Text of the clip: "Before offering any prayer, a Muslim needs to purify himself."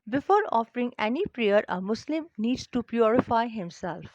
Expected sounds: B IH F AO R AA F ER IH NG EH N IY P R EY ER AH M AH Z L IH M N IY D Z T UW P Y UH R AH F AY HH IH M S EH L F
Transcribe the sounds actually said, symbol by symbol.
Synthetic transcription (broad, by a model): B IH F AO R AA F ER IH NG EH N IY P R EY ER AH M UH S L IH M N IY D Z T UW P Y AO R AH F AY HH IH M S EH L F